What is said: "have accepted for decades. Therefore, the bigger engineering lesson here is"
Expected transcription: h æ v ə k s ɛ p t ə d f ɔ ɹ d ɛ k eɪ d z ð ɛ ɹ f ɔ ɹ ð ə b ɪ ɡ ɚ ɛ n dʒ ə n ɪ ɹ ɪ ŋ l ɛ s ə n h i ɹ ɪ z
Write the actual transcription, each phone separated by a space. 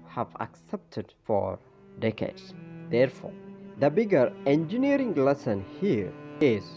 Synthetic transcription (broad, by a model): h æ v ə k s ɛ p t ə d f ɔ ɹ d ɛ k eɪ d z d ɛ ɹ f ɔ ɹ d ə b ɪ ɡ ɚ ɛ n dʒ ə n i ɹ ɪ ŋ l ɛ s ə n h i ɹ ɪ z